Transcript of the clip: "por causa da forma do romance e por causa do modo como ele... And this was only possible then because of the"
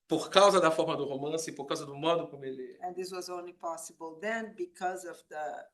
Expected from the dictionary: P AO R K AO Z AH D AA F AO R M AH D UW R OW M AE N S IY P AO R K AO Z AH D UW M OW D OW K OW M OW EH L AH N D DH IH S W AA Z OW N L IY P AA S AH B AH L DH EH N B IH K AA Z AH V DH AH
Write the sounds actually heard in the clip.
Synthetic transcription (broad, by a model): P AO R K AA Z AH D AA F AO R M AH D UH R OW M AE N S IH P AO R K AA Z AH D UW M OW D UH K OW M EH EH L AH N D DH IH S W AA Z OW N L IY P AA S AH B AH L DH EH N B IH K AA Z AH V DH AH